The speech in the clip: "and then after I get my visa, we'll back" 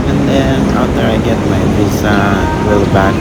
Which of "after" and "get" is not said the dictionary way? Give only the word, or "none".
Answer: after